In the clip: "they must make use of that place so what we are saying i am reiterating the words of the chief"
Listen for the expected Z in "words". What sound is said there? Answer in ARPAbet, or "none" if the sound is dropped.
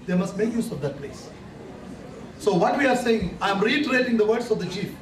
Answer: S